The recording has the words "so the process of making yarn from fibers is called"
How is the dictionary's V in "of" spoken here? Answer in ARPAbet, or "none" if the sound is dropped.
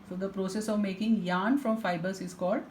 V